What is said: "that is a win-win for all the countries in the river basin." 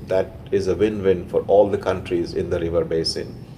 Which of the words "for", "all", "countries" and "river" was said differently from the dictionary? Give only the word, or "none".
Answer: none